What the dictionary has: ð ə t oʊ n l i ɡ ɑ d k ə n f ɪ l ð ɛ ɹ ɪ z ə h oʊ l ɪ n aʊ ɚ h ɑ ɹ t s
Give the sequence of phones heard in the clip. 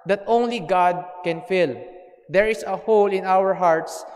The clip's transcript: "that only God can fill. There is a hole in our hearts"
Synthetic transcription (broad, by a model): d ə t oʊ n l i ɡ ɑ d k ə n f ɪ l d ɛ ɹ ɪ s ə h oʊ l ɪ n aʊ ɚ h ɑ ɹ t s